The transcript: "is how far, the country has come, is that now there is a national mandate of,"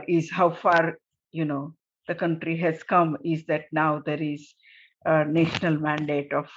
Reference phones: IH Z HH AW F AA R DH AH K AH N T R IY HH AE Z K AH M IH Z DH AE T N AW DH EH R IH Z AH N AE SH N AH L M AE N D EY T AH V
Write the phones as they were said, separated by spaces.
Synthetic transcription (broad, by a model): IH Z HH AW F AA R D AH K AH N T R IY HH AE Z K AH M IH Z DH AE T N AW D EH R IH Z AH N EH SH N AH L M AE N D EY T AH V